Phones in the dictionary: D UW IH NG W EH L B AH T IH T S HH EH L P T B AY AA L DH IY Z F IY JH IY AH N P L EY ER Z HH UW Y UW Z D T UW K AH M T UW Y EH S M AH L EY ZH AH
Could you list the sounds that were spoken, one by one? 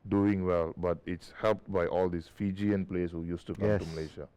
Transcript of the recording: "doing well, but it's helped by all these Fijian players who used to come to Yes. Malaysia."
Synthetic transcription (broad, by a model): D UW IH NG W EH L B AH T IH T S HH EH L P T B AY AA L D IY S F IY JH IY AH N P L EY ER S HH UW Y UW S T UW K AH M T UW M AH L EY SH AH